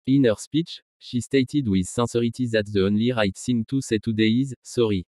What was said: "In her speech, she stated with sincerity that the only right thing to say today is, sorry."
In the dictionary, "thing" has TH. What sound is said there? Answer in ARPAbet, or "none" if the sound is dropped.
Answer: S